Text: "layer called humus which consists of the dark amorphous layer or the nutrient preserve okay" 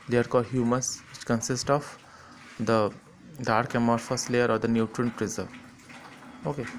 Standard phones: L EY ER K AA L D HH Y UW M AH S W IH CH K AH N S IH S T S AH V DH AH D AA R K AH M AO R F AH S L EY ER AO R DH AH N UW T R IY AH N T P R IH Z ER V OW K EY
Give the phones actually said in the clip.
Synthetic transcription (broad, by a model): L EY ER K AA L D HH Y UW M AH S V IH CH K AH N S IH S T AH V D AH D AA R K AH M AO R F AH S L EY ER AO R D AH N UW T R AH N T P R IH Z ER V OW K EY